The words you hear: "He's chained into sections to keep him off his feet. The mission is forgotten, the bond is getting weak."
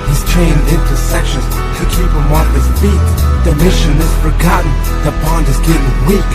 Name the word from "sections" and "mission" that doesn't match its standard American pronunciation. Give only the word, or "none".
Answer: none